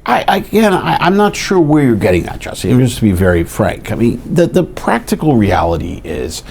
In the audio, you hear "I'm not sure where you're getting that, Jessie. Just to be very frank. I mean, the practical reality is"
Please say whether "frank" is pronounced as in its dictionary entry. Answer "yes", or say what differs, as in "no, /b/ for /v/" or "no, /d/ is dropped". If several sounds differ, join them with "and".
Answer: yes